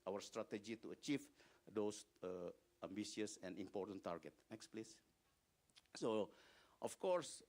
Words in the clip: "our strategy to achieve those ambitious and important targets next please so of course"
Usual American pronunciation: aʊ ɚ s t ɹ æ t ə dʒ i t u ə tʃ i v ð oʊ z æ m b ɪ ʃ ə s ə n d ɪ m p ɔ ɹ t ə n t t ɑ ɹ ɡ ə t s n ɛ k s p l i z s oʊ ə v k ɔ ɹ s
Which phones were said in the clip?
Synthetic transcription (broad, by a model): aʊ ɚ s t ɹ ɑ t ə dʒ i t u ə tʃ i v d oʊ s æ m b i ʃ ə s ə n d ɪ m p ɔ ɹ t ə n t t ɑ ɹ ɡ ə t n ɛ k s p l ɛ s s oʊ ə f k ɔ ɹ s